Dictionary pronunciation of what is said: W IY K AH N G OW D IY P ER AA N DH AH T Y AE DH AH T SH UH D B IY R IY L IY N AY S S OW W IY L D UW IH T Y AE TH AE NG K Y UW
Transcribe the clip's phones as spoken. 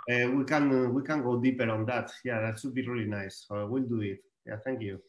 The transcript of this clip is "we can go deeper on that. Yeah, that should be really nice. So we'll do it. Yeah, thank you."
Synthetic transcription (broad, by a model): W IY K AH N G OW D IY P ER AA N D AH T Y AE DH AH T S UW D B IY R IY L IY N AY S S OW W IY L D UW IH T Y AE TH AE NG K Y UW